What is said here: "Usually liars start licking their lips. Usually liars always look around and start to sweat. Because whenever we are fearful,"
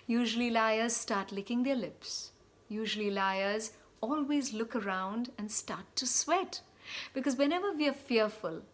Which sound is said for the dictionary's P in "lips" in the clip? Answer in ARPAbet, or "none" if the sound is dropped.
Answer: P